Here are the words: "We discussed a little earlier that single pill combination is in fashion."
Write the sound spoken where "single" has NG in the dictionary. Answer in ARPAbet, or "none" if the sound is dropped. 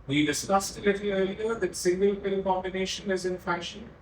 NG